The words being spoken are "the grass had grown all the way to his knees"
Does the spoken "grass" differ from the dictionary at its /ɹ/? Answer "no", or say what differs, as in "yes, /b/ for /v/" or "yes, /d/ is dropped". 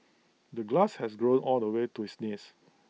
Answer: yes, /l/ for /ɹ/